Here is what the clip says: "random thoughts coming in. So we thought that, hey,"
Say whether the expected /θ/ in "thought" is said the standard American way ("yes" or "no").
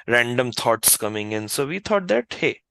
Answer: no